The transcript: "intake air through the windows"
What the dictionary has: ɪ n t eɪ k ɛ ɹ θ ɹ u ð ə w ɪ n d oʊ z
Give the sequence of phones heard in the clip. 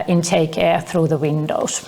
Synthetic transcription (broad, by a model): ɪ n t eɪ k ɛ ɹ θ ɹ u ð ə w ɪ n d oʊ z